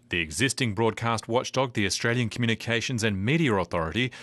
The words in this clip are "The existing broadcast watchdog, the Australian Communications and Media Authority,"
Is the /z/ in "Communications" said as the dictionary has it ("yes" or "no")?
yes